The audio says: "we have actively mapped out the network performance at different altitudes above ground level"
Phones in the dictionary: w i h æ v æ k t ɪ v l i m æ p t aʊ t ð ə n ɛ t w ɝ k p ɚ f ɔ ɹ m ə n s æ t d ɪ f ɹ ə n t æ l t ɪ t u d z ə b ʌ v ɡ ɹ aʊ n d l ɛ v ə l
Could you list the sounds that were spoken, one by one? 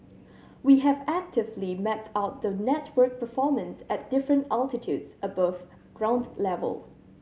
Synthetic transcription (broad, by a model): w i h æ v æ k t ɪ v l i m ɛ t aʊ t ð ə n ɛ t w ɝ k p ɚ f ɔ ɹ m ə n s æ t d ɪ f ɹ ə n t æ l t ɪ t u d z ə b ʌ v ɡ ɹ aʊ n d l ɛ v ə l